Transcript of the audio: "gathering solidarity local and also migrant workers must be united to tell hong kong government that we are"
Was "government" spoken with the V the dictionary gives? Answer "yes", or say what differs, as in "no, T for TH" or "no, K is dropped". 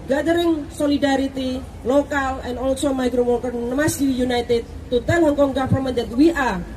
no, F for V